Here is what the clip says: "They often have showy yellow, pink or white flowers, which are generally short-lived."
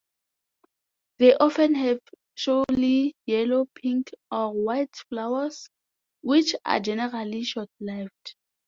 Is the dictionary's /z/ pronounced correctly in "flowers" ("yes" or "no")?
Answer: no